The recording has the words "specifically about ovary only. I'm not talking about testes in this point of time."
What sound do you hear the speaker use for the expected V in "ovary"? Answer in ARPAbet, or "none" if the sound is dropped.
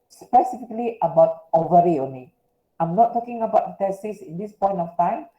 V